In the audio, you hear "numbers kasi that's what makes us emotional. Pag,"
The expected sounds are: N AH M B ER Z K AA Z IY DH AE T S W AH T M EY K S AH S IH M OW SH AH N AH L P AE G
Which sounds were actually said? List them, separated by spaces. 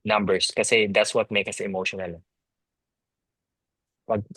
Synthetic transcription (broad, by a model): N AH M B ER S K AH S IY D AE T S W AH T M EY K AH S IH M OW SH AH N AH L P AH G